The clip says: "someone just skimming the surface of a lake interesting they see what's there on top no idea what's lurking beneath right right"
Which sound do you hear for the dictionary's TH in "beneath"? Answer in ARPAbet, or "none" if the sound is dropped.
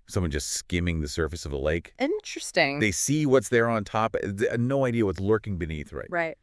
TH